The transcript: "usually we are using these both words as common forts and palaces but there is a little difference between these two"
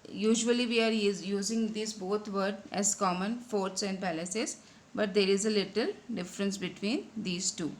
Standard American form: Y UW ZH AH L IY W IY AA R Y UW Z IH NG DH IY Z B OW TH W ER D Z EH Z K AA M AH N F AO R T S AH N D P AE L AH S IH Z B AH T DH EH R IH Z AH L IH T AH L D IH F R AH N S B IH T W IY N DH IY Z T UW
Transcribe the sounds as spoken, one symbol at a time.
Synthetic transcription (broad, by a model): Y UW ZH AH L IY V IY AA R Y UW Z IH NG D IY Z B OW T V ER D EH Z K AA M AH N F AO R T S AH N D P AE L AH S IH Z B AH T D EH R IH Z AH L IH T AH L D IH F R AH N S B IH T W IY N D IY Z T UW